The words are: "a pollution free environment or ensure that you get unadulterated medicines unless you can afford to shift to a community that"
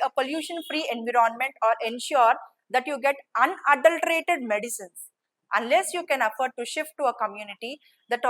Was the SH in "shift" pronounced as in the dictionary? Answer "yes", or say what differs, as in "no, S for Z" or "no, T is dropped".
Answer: yes